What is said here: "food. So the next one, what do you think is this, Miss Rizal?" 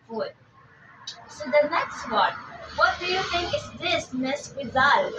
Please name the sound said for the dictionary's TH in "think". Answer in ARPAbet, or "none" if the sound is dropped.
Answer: T